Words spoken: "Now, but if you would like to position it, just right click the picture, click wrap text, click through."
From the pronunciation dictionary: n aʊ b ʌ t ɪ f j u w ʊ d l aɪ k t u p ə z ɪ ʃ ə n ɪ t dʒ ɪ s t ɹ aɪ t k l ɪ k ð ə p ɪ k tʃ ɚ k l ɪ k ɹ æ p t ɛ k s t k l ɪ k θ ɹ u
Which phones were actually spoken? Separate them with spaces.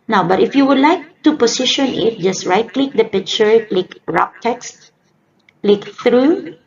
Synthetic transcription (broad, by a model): n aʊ b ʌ t ɪ f j u w ʊ d l aɪ k t u p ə s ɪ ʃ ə n ɪ t dʒ ɪ s t ɹ aɪ t k l ɪ k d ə p ɪ k tʃ ɚ k l ɪ k ɹ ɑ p t ɛ k s t k l ɪ k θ ɹ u